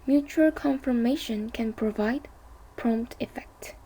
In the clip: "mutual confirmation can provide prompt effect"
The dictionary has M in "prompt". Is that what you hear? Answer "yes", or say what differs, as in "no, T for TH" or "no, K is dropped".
yes